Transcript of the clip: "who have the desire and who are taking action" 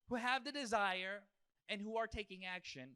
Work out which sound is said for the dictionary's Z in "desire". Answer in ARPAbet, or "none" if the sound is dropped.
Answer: Z